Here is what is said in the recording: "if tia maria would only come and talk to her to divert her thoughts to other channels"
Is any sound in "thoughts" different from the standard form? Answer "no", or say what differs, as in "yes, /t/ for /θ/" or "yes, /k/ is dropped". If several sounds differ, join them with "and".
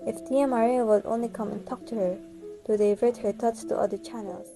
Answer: yes, /t/ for /θ/